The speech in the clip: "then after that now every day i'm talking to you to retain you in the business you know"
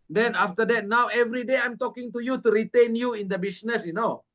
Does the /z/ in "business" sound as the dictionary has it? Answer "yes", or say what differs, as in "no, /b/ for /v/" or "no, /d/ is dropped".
no, /s/ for /z/